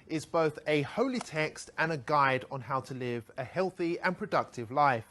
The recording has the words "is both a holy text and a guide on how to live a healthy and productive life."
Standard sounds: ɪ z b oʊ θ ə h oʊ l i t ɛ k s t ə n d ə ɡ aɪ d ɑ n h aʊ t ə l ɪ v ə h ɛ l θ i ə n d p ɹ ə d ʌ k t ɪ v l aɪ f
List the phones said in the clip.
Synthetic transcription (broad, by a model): ɪ z b oʊ θ ə h oʊ l i t ɛ k s t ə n ə ɡ aɪ d n h aʊ t ə l ɪ v ə h ɛ l θ i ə n p ɹ ə d ʌ k t ɪ v l aɪ f